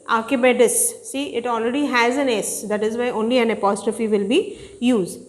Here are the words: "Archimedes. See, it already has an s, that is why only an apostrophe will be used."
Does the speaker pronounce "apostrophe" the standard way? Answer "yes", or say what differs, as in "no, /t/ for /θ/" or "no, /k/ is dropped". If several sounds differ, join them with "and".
yes